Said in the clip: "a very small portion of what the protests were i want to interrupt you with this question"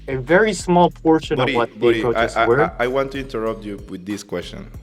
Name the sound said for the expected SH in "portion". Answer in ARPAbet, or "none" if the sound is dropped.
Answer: SH